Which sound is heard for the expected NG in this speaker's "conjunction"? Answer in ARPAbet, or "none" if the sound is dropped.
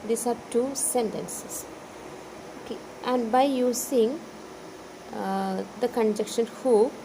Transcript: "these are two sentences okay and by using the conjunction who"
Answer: none